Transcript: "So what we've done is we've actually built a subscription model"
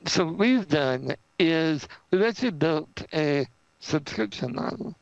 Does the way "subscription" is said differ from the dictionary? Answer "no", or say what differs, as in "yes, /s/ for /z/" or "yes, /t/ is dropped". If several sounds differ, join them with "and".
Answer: no